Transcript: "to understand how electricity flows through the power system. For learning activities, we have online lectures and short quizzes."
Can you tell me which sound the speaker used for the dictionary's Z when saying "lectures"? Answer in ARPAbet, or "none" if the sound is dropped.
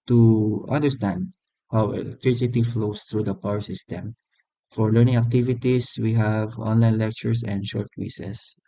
S